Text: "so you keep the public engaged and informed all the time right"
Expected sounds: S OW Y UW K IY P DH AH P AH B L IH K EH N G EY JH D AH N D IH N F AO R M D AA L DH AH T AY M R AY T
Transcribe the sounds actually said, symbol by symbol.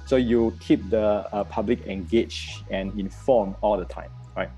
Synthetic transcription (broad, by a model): S OW Y UW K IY P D AH P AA B L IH K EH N G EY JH AH N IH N F AO M AA L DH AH T AY M R AY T